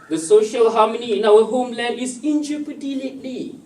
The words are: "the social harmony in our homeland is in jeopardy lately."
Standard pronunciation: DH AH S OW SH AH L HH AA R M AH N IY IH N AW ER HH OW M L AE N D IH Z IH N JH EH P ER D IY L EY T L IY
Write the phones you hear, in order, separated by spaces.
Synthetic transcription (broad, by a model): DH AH S OW SH AH L HH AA M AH N IY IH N AW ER HH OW M L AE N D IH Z IH N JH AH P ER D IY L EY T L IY